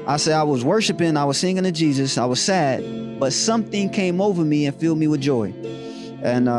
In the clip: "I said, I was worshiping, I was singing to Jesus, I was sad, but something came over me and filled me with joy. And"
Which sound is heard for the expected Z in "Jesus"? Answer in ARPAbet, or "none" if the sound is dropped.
Z